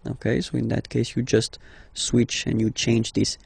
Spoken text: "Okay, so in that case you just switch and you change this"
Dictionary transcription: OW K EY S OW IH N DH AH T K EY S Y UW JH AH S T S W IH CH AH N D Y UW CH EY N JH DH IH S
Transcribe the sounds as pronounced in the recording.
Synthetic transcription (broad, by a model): OW K EY S OW IH N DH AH T K EY S Y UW JH AH S T S W IH CH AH N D Y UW CH EY N JH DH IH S